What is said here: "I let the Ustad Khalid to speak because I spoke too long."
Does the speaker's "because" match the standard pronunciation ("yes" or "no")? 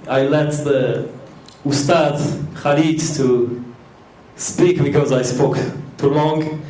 yes